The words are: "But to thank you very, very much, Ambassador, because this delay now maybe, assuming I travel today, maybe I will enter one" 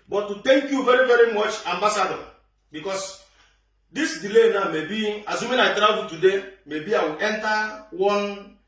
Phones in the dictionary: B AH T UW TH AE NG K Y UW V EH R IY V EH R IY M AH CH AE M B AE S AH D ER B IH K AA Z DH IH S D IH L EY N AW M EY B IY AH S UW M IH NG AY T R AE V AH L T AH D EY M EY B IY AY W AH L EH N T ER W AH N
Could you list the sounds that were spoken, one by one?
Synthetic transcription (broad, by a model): B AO T UW T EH NG K Y UW V EH R IY V EH R IY M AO CH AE M B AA S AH D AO B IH K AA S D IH S D IH L EY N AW M EY B IY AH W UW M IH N AY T R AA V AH T AH D EY M EY B IY AY W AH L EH N T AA W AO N